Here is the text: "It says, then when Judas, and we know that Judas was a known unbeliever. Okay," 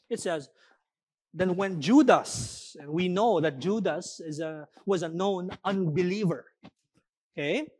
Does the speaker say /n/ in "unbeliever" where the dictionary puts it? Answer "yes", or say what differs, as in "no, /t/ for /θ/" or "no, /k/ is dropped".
yes